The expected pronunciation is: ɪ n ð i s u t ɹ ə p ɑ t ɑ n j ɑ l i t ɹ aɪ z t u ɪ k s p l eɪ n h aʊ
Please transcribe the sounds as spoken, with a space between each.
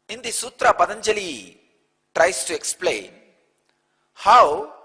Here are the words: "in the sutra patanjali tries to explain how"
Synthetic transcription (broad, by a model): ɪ n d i s u t ɹ ə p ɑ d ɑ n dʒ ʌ l i t ɹ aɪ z t u ɪ k s p l eɪ n h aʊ